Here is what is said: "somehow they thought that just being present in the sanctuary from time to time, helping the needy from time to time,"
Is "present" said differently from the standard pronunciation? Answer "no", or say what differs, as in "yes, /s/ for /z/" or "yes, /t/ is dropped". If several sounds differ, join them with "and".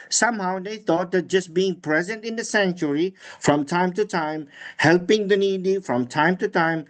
no